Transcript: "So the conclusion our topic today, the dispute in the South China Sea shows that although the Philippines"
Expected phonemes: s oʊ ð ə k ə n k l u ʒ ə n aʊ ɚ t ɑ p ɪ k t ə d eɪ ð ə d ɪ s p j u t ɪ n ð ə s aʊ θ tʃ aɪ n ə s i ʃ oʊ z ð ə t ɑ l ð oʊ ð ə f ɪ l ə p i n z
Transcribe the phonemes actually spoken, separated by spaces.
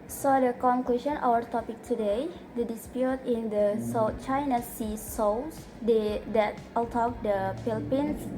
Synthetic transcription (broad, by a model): s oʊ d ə k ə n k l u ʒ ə n aʊ ɚ t ɑ p ɪ k t ə d eɪ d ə d ɪ s p j u t ɪ n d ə s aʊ tʃ aɪ n ə s i s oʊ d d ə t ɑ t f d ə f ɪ l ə p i n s